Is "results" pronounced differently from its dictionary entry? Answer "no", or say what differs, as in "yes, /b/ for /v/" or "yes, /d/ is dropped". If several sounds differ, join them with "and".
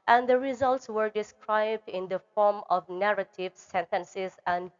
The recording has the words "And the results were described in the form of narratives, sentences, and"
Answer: no